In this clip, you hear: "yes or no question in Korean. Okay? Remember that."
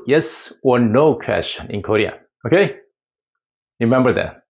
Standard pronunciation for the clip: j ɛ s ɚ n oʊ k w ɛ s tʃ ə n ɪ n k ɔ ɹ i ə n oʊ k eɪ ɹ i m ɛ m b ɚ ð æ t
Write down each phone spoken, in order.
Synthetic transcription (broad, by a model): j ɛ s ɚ n oʊ k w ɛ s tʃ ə n ɪ n k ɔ ɹ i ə oʊ k eɪ ɹ i m ɛ m b ɚ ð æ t